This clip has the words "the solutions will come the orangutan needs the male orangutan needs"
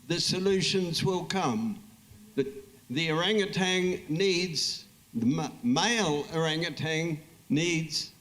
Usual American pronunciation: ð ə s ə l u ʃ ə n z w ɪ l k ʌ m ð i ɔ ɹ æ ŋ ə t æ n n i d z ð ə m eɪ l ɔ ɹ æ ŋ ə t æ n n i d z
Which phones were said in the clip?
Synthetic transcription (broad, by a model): ð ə s ə l u ʃ ə n z w ɪ l k ʌ m ð i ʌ ɹ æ ŋ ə t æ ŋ n i d z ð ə m eɪ l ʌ ɹ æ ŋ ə t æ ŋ n i d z